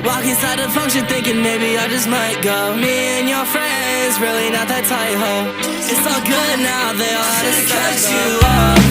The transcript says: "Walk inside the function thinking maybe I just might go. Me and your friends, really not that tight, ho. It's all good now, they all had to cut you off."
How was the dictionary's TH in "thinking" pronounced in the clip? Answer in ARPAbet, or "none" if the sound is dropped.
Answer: TH